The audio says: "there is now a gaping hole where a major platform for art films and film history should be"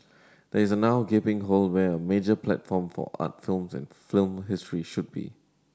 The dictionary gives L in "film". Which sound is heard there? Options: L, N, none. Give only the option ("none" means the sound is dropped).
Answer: L